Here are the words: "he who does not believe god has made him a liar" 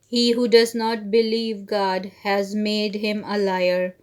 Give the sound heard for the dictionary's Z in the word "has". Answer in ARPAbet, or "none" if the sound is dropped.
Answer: Z